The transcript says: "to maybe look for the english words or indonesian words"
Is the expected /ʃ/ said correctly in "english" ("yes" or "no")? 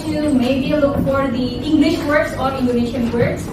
yes